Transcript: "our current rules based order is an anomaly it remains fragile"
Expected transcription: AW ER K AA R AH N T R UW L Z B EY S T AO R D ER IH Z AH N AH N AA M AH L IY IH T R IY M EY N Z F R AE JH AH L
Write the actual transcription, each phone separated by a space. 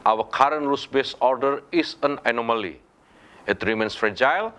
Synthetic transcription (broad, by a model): AW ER K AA R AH N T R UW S B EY S AO R D ER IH S AH N AH N AA M AH L IY IH T R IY M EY N S F R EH JH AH L